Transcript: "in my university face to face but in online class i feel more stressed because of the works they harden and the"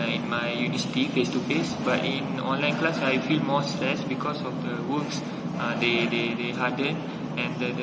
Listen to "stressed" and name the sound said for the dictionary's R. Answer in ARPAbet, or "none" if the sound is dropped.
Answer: none